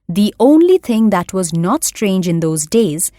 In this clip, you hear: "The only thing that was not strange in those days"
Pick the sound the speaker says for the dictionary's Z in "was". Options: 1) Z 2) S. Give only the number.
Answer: 1